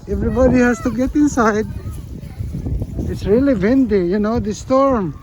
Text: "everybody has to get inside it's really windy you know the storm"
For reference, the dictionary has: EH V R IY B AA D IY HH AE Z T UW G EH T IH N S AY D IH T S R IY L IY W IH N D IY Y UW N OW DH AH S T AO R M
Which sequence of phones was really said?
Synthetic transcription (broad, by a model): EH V R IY B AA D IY HH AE S T UW G EH T IH N S AY D IH T S R IY L IY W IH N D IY Y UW N OW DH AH S T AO R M